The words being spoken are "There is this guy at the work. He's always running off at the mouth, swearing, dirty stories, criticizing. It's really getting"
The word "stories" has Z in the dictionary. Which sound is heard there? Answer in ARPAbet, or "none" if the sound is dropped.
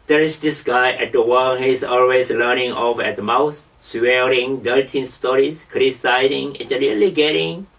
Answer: S